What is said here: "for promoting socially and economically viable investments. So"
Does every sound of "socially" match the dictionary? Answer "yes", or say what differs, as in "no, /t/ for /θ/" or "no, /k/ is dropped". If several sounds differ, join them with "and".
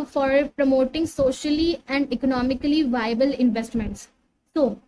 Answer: yes